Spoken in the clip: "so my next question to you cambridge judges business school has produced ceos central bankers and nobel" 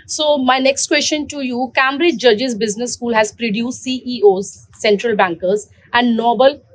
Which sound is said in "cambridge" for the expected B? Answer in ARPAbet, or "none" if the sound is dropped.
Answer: none